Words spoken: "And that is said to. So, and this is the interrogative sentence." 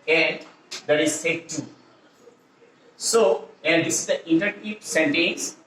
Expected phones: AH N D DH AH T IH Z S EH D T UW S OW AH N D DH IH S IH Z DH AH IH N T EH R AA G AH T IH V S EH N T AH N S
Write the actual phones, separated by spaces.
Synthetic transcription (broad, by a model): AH N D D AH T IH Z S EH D T UW S OW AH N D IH S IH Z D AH T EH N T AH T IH P S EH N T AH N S